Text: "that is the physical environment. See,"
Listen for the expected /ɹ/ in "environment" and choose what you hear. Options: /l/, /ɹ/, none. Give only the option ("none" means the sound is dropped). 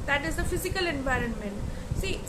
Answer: /ɹ/